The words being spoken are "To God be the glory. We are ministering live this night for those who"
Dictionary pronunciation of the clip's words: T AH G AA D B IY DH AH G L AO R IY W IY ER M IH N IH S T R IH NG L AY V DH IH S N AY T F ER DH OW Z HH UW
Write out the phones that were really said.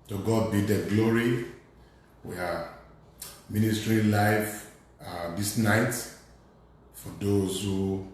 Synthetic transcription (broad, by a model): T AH G AA D B IY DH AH G L AO R IY W IY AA M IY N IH S T R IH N L AY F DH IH S N AY T F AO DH OW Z HH UW